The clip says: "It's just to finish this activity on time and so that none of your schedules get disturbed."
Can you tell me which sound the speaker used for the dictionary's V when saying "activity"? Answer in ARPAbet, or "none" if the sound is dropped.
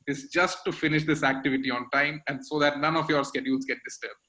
V